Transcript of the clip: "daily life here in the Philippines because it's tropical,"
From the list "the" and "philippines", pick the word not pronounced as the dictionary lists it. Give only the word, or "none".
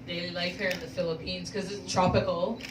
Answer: none